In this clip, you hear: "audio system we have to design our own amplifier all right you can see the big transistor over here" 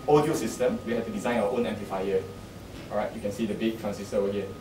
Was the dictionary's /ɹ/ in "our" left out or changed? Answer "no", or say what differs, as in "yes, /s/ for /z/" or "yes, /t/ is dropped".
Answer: yes, /w/ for /ɹ/